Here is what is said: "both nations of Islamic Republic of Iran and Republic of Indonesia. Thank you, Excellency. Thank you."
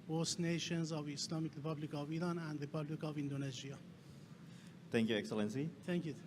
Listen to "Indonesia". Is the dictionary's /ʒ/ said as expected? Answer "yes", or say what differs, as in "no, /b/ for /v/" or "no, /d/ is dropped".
no, /z/ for /ʒ/